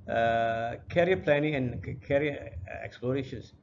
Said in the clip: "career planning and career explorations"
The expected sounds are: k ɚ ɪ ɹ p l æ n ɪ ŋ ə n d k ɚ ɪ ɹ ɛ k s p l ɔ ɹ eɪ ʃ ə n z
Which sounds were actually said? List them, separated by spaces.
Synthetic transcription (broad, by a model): k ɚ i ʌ p l æ n ɪ ŋ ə n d k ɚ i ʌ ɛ k s p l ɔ ɹ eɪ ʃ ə n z